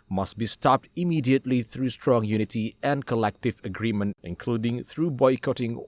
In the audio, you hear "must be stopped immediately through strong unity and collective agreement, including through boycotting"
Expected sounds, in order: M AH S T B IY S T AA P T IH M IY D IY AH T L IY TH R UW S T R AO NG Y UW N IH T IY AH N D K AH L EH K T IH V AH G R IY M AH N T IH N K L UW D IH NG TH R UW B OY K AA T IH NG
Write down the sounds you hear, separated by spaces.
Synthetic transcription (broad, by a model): M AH S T B IY S T AA P T IH M IY D IY AH T L IY TH R UW S T R AO NG Y UW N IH T IY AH N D K AH L EH K T IH V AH G R IY M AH N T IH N K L UW D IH NG TH R UW B OY K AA T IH NG